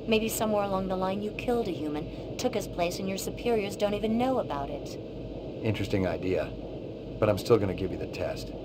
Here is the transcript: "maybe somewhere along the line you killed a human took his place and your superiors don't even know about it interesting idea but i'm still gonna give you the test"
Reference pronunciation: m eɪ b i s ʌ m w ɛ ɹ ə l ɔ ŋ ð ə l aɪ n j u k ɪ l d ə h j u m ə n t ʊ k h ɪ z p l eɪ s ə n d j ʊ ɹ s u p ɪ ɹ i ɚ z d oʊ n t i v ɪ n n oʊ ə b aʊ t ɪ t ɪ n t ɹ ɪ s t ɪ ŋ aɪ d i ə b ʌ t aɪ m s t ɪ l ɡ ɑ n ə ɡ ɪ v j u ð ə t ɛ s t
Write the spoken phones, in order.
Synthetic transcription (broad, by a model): m eɪ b i s ʌ m w ɛ ɹ ə l ɔ ŋ ð ə l aɪ n j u k ɪ l d ə h j u m ə n t ʊ k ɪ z p l eɪ s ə n j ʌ ɹ s u p ɪ ɹ i ɚ z d oʊ n t i v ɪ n n oʊ ə b aʊ t ɪ t ɪ n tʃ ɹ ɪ s t ɪ ŋ aɪ d i ə b ʌ t aɪ m s t ɪ l ɡ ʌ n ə ɡ ɪ v j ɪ ð ə t ɛ s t